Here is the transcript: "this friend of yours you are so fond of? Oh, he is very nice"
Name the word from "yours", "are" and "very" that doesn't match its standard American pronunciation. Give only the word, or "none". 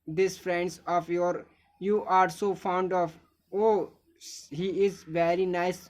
yours